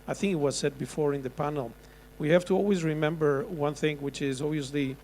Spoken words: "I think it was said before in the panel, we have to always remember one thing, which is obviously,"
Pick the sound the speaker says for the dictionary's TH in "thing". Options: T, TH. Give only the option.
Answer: TH